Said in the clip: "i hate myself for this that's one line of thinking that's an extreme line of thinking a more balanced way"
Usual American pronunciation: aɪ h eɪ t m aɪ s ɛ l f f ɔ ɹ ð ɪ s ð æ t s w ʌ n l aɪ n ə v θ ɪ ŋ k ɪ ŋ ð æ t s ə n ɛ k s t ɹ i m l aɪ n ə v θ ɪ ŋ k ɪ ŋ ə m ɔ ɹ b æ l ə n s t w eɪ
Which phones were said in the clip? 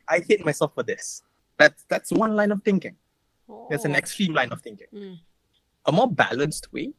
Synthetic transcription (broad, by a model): aɪ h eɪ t m aɪ s ɛ l f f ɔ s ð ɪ s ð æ t s w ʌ n l aɪ n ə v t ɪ ŋ k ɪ ŋ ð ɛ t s ə n ɛ k s t ɹ i m l aɪ n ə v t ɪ ŋ k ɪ ŋ ə m ɔ b æ l ə n s t w eɪ